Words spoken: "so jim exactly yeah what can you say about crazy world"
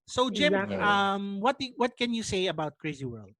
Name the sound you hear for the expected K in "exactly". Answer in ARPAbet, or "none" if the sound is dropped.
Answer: none